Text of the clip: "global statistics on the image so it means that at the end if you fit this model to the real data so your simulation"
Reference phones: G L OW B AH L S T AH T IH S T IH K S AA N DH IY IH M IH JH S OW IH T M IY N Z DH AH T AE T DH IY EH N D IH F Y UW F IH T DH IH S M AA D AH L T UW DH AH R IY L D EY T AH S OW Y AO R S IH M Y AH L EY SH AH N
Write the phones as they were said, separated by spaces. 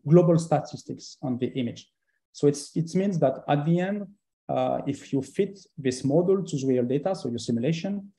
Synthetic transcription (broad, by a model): G L OW B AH L S T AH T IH S T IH K S AA N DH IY IH M IH JH S OW IH T M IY N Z DH AH T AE T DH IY EH N D IH F Y UW F IH T DH IH S M AA D AH L T UW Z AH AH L D EY T AH S OW Y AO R S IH M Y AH L EY SH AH N